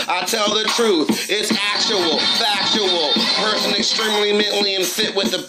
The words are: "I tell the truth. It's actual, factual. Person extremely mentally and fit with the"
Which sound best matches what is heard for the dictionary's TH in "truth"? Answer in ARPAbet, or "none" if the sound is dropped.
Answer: TH